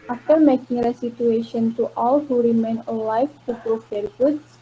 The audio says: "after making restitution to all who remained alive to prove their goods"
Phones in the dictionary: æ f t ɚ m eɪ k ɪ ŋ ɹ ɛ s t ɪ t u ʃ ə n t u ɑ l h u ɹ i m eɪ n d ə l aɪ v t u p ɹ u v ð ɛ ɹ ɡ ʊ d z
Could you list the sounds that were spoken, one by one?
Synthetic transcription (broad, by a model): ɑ f t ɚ m eɪ k ɪ ŋ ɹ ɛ s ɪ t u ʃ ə n t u ɑ l h u ɹ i m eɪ n ə l aɪ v t u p ɹ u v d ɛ ɹ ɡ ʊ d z